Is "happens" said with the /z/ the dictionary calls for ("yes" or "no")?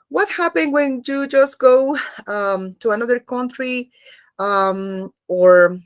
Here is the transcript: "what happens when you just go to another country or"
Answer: no